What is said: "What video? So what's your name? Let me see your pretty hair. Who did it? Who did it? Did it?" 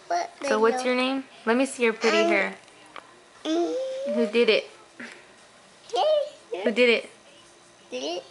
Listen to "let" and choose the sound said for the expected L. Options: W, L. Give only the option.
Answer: L